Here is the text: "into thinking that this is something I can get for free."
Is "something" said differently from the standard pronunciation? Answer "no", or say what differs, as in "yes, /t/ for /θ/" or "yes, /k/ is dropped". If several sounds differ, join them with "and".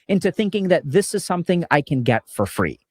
no